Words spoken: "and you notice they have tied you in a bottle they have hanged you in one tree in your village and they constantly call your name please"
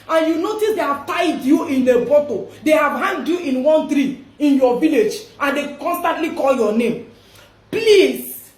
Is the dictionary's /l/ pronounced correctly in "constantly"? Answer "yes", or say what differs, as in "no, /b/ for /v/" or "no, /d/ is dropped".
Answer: yes